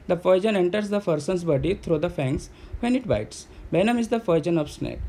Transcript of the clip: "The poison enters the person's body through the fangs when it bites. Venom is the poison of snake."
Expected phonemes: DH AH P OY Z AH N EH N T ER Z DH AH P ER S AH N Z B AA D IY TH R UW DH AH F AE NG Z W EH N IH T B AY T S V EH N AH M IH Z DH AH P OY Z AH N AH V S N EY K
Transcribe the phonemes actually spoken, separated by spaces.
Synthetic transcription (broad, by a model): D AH F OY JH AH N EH N T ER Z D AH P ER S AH N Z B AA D IY T R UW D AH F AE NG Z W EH N IH T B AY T S B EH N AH M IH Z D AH F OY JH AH N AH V S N EY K